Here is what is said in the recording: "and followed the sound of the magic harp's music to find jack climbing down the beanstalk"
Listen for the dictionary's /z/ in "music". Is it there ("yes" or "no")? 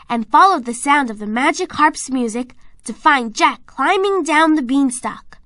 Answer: yes